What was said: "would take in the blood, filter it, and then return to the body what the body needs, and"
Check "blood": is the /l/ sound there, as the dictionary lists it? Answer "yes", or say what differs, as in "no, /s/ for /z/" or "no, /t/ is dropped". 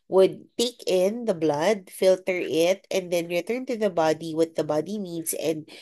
yes